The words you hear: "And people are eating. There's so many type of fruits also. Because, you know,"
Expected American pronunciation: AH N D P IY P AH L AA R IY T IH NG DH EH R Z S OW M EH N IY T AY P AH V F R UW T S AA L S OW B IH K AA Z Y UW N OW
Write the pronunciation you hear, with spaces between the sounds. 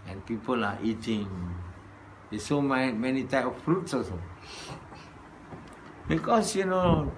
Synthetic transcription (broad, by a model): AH N P IY P AH L AA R IY T IH NG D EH S OW M EH N IY T AY P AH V F R UW T S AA S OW B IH K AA S Y UW N OW